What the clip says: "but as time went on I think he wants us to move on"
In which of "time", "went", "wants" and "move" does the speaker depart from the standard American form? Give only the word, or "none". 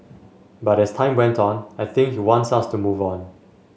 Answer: none